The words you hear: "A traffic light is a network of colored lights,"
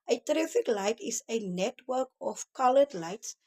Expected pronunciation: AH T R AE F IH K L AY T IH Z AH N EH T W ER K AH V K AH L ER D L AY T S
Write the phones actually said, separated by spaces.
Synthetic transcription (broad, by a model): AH T R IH F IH K L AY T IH S AH N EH T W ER K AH F K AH L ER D L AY T S